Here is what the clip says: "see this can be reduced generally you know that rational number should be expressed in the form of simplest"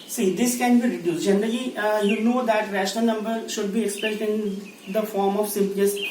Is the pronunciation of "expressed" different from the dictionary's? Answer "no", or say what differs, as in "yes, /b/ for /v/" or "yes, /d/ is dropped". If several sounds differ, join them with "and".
yes, /ɹ/ is dropped